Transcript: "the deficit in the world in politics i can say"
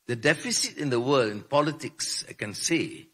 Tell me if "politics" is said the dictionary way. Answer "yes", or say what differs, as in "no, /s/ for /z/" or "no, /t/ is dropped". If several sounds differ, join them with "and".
yes